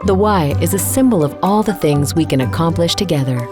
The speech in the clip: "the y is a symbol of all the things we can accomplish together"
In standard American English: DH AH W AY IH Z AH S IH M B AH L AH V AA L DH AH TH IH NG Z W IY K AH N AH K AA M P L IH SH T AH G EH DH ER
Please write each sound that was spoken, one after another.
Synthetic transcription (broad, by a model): DH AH W AY IH Z AH S IH M B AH L AH V AA L DH AH TH IH NG Z W IY K AH N AH K AA M P L IH SH T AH G EH DH ER